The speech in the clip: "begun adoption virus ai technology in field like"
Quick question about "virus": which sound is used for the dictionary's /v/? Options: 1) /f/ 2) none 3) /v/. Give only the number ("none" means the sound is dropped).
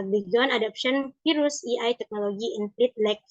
1